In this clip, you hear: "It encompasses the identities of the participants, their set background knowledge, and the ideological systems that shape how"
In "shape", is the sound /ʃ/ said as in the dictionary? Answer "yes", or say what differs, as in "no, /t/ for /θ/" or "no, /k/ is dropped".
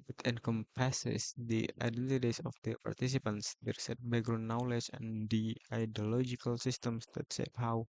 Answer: no, /s/ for /ʃ/